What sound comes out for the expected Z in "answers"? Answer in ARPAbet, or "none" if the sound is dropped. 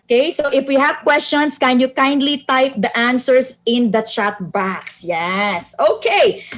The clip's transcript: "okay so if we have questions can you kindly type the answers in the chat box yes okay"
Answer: S